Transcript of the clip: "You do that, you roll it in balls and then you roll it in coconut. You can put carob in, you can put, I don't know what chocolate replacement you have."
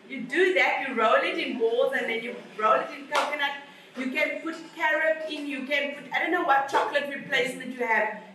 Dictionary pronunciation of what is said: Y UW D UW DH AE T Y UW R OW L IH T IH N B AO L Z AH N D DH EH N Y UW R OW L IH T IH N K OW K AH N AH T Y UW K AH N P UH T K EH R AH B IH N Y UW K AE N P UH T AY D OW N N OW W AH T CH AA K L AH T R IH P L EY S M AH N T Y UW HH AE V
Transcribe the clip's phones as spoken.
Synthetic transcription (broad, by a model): Y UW D UW DH AE T Y UW R OW L IH T IH N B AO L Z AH N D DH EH N Y UW R OW L IH T IH N K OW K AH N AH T Y UW K AH N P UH T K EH R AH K IH N Y UW K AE N P UH T AY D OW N N OW W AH T CH AA K L AH T R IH P L EY S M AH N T Y UW HH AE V